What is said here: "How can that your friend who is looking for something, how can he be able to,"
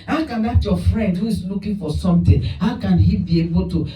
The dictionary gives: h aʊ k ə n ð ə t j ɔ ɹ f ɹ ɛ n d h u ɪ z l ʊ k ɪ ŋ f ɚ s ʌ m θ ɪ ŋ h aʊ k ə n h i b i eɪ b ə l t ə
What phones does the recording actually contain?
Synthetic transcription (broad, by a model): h aʊ k ə n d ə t j ɔ f ɹ ɛ n d h u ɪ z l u k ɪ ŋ f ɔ s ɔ m t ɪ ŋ h aʊ k ə n h i b i eɪ b ə l t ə